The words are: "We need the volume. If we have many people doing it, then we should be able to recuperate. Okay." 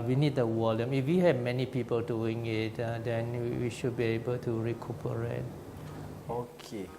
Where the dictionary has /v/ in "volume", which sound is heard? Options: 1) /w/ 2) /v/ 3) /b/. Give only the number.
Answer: 1